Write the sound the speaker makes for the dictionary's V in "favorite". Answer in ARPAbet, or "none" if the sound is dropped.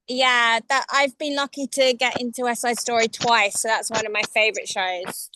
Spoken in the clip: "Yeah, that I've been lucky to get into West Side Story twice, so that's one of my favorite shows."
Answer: V